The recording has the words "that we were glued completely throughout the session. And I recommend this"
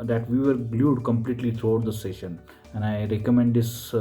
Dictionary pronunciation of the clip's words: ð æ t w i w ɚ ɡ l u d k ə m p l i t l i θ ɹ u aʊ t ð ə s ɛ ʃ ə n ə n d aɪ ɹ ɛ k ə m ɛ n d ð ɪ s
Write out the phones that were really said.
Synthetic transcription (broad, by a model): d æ t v i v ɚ ɡ l u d k ə m p l i t l i t ɹ u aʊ t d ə s ɛ ʃ ə n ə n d aɪ ɹ ɛ k ə m ɛ n d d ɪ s